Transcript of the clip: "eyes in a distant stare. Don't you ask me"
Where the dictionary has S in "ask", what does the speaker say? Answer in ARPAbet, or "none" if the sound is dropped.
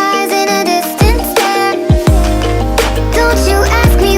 S